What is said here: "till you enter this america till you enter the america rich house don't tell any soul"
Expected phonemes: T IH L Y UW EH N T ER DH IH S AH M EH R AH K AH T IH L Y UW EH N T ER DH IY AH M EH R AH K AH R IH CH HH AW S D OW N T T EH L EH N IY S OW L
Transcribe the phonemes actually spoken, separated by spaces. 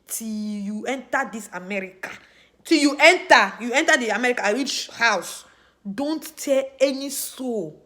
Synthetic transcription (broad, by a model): T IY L Y UW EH N T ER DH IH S AH M EH R AH K AH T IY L Y UW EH N T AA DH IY AH M EH R AH K AH W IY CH HH AW S D OW N T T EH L EH N IY S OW